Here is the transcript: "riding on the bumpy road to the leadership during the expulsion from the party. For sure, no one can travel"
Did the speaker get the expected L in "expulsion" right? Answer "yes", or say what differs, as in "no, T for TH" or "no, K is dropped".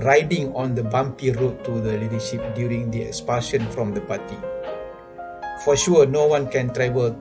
no, L is dropped